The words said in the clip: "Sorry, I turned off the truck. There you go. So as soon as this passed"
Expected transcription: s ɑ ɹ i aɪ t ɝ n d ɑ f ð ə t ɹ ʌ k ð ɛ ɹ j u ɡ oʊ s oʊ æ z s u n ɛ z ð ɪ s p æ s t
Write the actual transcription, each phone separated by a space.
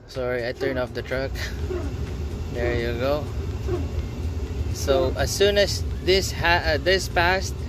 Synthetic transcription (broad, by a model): s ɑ ɹ i aɪ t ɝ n ɑ f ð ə t ɹ ʌ k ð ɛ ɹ j u ɡ oʊ s oʊ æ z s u n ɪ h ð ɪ s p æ s t